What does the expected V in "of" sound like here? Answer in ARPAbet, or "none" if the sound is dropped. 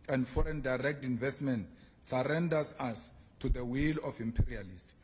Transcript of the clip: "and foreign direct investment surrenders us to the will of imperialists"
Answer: F